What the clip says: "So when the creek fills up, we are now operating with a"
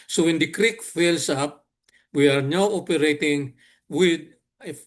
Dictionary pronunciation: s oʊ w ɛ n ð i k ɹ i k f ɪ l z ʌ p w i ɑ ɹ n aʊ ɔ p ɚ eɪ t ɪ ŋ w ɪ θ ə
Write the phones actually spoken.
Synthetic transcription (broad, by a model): s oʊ w ɛ n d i k ɹ i k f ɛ l s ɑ p w i ɑ ɹ n aʊ ɔ p ɚ eɪ t ɪ ŋ w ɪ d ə